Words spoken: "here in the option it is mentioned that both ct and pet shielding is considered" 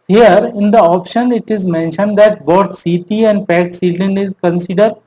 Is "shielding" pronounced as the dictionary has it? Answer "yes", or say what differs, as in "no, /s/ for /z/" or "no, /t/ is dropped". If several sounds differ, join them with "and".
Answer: no, /s/ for /ʃ/